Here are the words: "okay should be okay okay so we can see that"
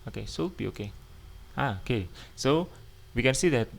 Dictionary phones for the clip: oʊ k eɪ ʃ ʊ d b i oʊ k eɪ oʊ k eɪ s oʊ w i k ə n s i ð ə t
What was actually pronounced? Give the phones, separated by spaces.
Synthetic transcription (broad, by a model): oʊ k eɪ s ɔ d b i oʊ k eɪ oʊ k eɪ s oʊ w i k ə n s i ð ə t